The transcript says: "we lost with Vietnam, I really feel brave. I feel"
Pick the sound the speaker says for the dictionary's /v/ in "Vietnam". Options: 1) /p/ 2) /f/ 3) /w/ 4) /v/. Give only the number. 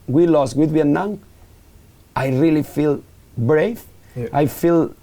3